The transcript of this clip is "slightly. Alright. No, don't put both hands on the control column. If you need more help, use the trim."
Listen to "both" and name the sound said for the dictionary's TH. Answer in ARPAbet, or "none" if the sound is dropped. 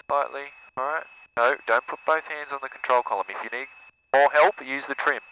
TH